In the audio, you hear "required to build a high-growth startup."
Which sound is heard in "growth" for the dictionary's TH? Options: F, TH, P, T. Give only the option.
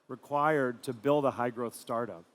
TH